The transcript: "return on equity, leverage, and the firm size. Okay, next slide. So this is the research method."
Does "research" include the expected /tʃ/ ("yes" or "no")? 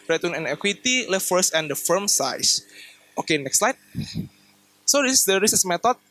no